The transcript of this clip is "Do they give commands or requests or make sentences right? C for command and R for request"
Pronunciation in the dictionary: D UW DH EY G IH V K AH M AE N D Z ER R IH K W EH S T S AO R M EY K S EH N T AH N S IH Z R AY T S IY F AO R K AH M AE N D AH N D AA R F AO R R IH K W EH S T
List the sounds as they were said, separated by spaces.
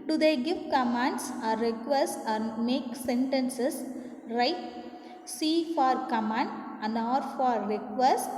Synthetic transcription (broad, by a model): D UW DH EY G IH V K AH M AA N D S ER R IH K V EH S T AA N M EY K S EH N T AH N S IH S R AY T S IY F AO R K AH M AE N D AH N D AA R F AO R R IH K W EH S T